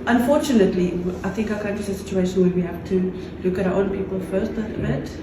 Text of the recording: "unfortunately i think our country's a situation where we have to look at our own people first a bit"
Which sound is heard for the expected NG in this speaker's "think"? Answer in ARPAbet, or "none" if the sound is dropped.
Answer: NG